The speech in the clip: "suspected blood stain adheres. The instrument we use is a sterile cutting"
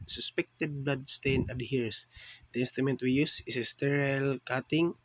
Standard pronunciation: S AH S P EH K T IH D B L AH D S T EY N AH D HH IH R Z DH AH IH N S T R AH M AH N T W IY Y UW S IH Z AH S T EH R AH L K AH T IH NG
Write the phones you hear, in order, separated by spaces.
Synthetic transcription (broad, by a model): S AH S P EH K T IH D B L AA D S T EY N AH D HH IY R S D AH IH N S T AH M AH N T W IY Y UW S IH S AH S T EH R AH L K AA T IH NG